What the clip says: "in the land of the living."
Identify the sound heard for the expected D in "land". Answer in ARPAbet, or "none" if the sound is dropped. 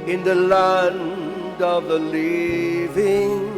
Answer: D